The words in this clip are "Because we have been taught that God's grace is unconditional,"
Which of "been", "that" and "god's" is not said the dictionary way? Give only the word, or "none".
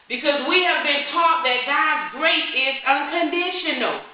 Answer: none